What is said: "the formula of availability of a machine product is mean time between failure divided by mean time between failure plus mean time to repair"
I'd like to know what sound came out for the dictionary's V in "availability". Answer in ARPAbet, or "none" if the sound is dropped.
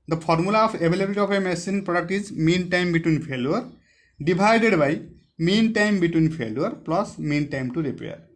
B